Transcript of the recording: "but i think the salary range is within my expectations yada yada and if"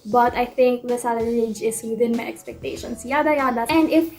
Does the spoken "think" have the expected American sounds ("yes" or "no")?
no